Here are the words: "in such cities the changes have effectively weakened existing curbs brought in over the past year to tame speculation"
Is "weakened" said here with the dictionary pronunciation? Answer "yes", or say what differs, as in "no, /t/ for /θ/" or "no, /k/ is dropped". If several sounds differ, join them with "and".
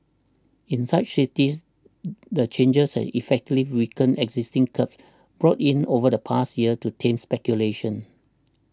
no, /d/ is dropped